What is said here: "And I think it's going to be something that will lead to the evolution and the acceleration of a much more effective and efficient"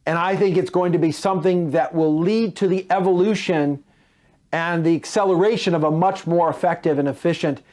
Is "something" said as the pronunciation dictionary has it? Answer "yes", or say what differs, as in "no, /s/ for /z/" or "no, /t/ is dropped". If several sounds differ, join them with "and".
yes